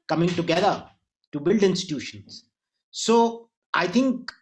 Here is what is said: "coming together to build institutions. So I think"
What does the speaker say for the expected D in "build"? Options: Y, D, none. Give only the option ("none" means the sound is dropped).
D